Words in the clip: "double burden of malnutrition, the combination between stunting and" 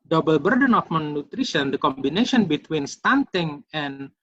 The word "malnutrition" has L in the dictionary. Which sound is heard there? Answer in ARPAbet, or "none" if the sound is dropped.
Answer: none